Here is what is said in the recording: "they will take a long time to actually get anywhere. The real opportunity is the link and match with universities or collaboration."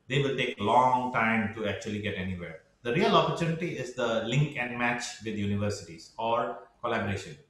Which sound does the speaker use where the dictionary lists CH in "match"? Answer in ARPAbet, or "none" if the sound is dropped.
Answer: CH